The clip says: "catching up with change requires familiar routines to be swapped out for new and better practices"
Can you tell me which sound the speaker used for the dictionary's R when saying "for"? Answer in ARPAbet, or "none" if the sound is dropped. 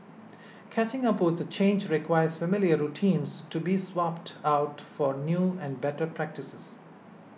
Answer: R